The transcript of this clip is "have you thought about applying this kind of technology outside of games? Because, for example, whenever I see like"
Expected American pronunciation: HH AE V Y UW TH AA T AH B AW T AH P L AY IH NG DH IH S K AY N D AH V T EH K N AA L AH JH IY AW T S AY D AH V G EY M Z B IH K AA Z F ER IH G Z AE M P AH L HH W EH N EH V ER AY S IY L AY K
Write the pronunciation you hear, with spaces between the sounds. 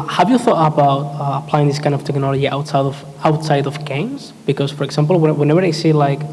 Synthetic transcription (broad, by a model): HH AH V Y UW TH AA T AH B AW T AH P L AY IH NG DH IH S K AY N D AH V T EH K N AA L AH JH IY AW T S AY D AH V G EY M Z B IH K AA Z F ER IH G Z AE M P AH L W W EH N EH V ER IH S IY L AY K